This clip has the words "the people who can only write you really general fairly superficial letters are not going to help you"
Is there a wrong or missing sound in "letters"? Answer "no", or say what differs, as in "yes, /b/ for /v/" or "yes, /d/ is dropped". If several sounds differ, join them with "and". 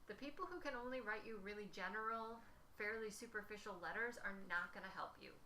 no